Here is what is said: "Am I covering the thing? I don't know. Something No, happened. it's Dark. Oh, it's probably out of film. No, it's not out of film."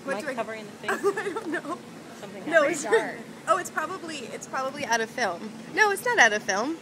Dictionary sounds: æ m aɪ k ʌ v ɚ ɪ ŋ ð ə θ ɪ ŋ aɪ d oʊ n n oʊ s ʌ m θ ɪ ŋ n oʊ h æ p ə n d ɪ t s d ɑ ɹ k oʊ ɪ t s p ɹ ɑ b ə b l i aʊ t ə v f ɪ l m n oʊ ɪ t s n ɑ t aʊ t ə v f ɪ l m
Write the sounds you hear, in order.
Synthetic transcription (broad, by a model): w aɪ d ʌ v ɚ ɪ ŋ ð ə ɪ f aɪ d oʊ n n oʊ s ʌ m θ ɪ ŋ n oʊ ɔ ə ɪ t s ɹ ɑ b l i ɪ t s p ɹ ɑ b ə b l i aʊ t ə v f ɪ l m n oʊ ɪ t s n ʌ t aʊ t ə v f ɪ l m